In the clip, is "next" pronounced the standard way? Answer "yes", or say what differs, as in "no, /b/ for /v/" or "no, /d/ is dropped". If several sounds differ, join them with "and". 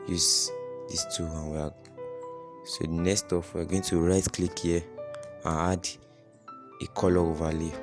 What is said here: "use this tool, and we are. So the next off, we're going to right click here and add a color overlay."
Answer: no, /k/ is dropped